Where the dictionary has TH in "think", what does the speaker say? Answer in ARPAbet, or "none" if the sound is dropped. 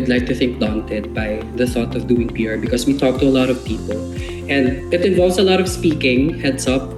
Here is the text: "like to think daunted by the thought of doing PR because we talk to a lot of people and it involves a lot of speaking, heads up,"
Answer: TH